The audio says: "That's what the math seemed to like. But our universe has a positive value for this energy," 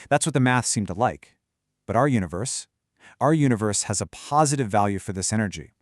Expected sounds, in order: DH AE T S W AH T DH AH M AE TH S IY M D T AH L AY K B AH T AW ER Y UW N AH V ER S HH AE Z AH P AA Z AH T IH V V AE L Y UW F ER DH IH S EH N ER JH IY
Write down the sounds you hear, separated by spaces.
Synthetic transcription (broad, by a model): DH AE T S W AH T DH AH M AE TH S IY M T AH L AY K B AH T AW ER Y UW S AH V ER S HH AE Z AH P AA Z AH T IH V V AE L Y UW F ER DH IH S EH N ER JH IY